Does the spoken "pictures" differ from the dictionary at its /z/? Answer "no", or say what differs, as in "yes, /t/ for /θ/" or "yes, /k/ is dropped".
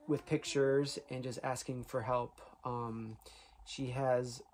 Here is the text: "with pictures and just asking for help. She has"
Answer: no